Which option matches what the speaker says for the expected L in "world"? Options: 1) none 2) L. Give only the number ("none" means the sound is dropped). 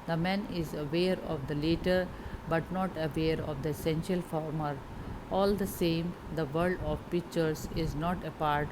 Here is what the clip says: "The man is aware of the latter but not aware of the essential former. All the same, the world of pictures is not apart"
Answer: 1